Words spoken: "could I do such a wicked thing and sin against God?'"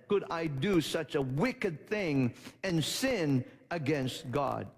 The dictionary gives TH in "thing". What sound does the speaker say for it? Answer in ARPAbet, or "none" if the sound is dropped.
TH